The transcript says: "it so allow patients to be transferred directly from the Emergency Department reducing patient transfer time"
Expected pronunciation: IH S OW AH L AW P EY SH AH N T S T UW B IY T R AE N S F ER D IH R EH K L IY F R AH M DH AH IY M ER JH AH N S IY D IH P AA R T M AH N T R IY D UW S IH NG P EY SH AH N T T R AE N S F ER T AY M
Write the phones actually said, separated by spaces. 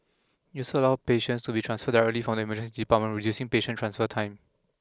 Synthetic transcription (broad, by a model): IH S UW AH L AW P EY SH AH N T S T UW B IY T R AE N S F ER D IH R EH K L IY F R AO M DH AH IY M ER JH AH S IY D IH P AA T M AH N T R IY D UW S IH NG P EY SH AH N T T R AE N S F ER T AY M